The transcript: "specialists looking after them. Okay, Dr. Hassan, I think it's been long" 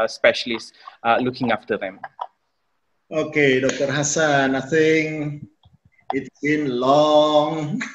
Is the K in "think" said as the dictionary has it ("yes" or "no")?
no